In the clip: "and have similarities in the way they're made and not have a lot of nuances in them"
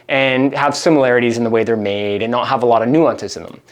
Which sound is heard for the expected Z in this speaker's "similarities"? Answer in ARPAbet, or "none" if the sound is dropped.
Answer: Z